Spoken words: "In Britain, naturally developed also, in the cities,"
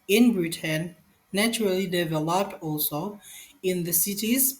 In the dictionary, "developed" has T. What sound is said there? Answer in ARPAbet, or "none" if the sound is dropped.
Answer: T